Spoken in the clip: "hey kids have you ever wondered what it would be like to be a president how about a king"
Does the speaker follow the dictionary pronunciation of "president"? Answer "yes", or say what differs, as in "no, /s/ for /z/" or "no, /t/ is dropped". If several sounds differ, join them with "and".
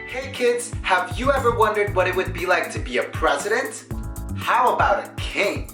yes